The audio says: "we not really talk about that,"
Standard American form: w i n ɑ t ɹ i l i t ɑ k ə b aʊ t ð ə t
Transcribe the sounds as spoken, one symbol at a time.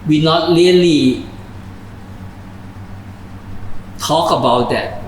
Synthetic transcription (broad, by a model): w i n ɑ t l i l i t ɑ k ə b aʊ t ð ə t